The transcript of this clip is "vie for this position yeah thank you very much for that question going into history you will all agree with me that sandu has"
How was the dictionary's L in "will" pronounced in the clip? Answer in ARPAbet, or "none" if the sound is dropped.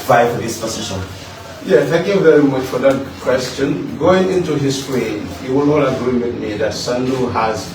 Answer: N